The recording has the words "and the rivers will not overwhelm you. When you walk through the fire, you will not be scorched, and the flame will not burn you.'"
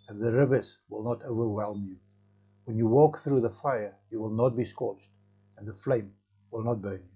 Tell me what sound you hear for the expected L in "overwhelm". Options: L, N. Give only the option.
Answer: L